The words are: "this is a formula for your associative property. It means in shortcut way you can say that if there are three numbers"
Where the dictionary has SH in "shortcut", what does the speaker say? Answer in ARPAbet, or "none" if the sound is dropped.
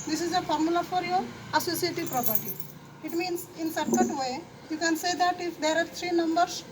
S